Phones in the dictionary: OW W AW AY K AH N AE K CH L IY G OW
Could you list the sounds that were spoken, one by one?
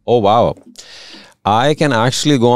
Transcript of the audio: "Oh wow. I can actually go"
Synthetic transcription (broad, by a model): OW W AW AY K AH N AE K CH L IY G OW